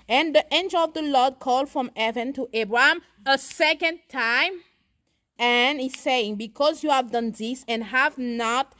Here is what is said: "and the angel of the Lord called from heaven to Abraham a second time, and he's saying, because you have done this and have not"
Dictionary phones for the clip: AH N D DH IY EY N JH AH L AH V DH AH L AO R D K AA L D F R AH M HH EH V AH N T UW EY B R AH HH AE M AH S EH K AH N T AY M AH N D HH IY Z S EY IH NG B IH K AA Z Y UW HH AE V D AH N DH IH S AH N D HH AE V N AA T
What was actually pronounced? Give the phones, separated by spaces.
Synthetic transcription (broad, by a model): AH N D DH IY EY N JH AH L AH V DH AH L AO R D K AA L D F R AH M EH V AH N T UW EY B R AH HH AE M AH S EH K AH N T AY M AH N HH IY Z S EY IH NG B IH K AA Z Y UW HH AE V D AH N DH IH S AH N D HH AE V N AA T